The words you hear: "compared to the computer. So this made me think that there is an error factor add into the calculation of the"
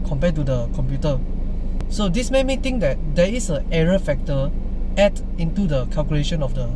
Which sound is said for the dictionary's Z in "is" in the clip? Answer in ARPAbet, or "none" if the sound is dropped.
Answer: S